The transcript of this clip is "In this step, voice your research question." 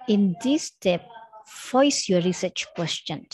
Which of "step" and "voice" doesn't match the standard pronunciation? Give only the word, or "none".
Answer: voice